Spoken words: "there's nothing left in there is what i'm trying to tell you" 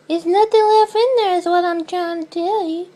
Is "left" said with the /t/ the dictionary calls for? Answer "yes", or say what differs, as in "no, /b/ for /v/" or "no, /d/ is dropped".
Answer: no, /t/ is dropped